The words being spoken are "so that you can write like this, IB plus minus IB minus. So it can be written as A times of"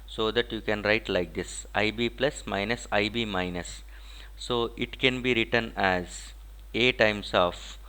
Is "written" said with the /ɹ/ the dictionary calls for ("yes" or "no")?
yes